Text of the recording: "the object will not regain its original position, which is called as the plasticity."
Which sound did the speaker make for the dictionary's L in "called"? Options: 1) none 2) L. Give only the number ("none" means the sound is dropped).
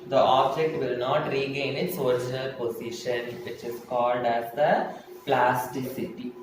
2